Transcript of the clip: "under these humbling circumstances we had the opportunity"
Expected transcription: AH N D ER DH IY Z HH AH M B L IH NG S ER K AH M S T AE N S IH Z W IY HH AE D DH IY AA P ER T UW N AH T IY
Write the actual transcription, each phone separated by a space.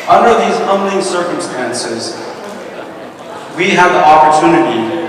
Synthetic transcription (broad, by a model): AH N D ER DH IY Z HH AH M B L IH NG S ER K AH M S T AE N S IH Z W IY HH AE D DH IY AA P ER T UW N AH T IY